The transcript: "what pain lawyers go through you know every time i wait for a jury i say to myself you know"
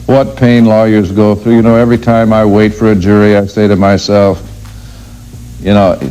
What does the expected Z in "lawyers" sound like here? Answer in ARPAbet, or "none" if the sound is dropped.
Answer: Z